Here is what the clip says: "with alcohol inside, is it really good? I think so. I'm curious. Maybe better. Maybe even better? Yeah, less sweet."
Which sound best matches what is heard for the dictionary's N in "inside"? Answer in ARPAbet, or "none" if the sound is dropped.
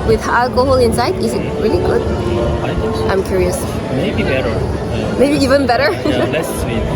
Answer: N